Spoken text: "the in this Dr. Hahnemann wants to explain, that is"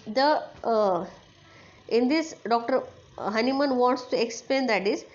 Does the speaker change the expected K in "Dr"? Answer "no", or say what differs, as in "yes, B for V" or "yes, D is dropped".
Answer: no